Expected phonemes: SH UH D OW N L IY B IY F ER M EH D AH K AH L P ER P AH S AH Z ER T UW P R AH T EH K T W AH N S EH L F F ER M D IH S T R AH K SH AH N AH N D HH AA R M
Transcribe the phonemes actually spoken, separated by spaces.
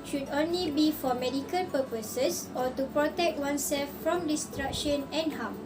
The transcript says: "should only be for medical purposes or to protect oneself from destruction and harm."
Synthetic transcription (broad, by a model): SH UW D OW N L IY B IY F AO M EH D AH K AH L P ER P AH S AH S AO T UW P R AH T EH K T W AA N S EH L F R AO M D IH S T R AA K SH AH N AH N HH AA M